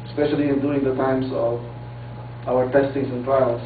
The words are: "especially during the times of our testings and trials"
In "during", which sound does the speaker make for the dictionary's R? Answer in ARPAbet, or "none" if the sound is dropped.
none